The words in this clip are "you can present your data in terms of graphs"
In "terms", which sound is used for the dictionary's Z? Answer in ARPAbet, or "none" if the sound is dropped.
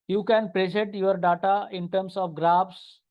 S